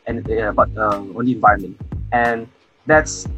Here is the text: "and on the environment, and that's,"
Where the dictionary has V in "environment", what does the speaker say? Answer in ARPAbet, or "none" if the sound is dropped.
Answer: V